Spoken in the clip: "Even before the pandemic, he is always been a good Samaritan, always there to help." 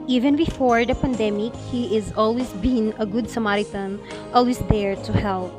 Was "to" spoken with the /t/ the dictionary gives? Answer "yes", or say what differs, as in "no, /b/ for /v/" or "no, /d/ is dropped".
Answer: yes